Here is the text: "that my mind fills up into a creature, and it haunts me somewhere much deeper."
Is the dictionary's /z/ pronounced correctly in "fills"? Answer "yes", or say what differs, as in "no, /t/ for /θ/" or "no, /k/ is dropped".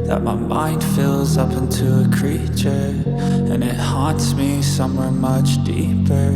yes